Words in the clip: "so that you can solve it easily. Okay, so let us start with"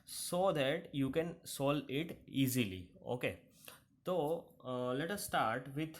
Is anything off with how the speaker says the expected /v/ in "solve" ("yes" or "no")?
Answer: yes